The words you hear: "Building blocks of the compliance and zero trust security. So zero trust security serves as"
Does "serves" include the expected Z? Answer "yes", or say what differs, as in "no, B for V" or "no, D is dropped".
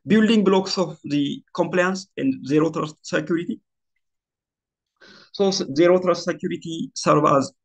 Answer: no, Z is dropped